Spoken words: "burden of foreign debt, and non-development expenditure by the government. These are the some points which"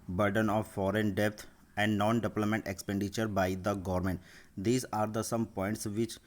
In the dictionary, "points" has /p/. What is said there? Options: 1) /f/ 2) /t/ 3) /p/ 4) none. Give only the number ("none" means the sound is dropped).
3